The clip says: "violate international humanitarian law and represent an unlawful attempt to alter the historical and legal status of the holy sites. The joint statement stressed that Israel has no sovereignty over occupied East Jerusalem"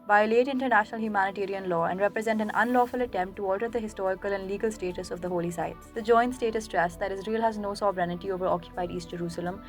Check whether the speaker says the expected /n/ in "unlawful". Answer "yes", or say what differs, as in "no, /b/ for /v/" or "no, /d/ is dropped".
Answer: yes